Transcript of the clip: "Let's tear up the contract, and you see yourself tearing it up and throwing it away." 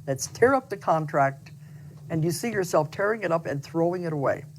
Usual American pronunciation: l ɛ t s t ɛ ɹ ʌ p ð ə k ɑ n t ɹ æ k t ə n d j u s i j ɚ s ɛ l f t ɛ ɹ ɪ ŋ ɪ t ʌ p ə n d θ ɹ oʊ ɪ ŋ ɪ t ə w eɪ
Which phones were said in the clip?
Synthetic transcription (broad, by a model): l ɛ t s t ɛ ɹ ʌ p ð ə k ɑ n t ɹ æ k t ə n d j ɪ s i j ɚ s ɛ l f t ɛ ɹ ɪ ŋ ɪ t ʌ p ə n θ ɹ oʊ ɪ ŋ ɪ t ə w eɪ